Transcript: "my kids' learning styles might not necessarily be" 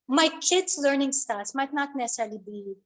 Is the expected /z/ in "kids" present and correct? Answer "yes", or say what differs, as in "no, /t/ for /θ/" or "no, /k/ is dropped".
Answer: no, /s/ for /z/